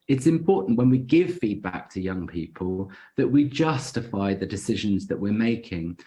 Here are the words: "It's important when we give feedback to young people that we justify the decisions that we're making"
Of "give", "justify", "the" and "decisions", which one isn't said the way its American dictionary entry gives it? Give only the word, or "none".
none